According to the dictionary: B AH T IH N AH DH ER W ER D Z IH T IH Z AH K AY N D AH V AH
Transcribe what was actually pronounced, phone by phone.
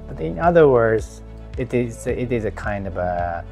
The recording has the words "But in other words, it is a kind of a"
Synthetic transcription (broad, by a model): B AH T IH N AH DH ER W ER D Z IH T IH Z AH K AY N D AH V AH